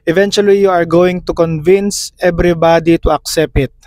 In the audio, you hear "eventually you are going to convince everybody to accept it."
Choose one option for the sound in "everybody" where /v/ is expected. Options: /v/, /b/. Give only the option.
/b/